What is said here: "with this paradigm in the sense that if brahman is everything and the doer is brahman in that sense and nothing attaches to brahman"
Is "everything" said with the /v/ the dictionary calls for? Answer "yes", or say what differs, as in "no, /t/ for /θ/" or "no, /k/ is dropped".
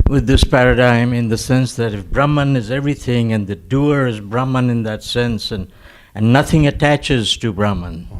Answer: yes